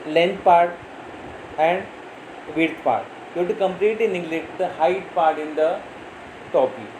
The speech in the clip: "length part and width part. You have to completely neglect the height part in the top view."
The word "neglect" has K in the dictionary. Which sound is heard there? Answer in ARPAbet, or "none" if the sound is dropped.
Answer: none